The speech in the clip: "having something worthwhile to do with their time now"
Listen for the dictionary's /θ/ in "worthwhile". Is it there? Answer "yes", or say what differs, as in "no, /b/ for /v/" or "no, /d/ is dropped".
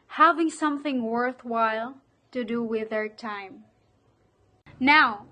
yes